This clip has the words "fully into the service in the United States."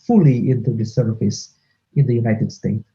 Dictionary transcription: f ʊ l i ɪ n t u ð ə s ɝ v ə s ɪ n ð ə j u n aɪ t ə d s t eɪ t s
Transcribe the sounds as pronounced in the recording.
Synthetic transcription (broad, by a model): f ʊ l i ɪ n t u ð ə s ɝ f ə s ɪ n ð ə j u n aɪ t ə d s t eɪ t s